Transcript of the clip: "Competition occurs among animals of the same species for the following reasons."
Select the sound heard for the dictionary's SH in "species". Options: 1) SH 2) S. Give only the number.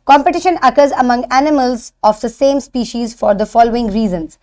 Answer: 1